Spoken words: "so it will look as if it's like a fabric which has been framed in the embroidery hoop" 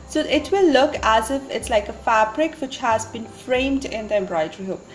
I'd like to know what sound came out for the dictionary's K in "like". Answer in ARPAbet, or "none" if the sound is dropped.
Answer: K